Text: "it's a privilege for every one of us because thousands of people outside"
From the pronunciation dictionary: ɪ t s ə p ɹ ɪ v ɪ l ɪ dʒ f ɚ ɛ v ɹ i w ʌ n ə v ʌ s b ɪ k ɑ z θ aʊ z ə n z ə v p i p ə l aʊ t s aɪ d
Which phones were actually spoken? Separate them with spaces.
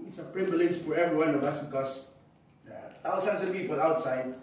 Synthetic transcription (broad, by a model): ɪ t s ə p ɹ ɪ b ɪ l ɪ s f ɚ ɛ v ɹ i w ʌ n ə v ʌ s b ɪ k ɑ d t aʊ s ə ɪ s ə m p i p ə l aʊ t s aɪ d